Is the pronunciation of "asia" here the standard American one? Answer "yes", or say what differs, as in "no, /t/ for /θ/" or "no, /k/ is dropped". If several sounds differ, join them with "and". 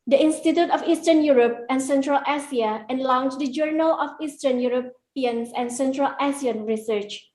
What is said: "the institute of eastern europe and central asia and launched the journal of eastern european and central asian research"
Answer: no, /s/ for /ʒ/